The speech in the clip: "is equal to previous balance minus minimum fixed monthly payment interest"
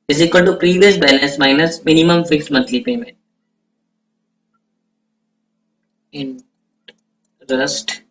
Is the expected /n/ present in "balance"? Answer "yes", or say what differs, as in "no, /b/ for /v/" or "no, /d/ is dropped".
no, /n/ is dropped